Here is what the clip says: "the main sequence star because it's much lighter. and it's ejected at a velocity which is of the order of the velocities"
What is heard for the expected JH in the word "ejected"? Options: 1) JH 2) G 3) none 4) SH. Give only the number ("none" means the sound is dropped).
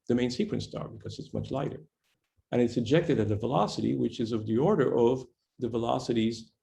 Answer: 1